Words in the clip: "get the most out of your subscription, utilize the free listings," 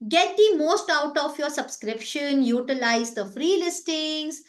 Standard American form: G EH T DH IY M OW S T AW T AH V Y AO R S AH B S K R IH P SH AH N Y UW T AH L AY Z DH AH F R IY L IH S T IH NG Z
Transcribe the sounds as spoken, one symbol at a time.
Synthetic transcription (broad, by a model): G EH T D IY M OW S T AW T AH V Y AO R S AH B S K R IH P SH AH N Y UW T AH L AY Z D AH F R IY L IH S T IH NG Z